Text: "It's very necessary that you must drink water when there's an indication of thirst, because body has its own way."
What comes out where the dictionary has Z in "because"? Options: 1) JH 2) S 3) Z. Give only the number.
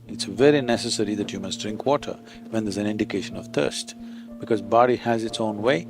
3